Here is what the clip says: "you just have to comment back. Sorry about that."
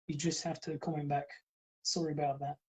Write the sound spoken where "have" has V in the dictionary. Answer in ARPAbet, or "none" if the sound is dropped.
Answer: F